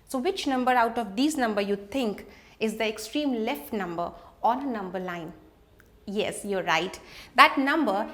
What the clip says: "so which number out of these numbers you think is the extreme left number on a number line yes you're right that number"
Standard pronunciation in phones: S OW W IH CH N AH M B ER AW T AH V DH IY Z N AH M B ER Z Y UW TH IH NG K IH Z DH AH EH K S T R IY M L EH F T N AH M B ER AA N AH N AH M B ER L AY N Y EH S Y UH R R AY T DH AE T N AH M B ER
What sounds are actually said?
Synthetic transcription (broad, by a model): S OW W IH CH N AH M B ER AW T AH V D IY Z N AH M B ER Y UW T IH NG K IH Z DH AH EH K S T R IY M L EH F T N AH M B ER AA N AH N AH M B ER L AY N Y EH S Y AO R R AY T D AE T N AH M B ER